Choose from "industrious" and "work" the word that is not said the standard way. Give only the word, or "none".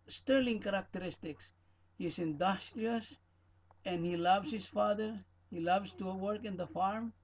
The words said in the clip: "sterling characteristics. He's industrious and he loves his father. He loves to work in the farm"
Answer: none